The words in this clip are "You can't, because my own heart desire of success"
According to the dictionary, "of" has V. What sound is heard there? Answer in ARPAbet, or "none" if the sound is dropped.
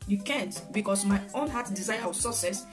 W